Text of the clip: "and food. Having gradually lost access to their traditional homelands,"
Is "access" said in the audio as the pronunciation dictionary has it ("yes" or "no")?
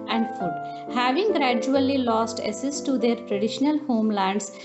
no